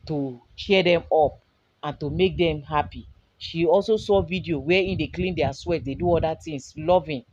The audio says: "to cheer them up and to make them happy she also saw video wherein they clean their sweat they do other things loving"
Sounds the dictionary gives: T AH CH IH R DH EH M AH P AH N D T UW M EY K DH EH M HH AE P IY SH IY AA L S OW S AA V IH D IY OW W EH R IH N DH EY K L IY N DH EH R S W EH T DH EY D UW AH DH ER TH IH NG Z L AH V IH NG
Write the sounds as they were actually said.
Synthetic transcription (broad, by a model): T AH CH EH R EH M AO P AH N T UW M EY K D EH M HH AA P IY SH IY AA L S OW S AA V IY D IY OW W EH IY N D EY K L IY N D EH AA S W EH T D EY D UW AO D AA T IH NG S L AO V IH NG